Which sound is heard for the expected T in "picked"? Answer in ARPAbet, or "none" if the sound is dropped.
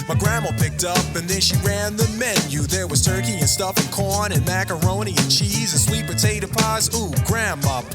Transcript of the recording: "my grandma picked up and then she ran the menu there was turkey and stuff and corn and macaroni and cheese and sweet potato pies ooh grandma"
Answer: T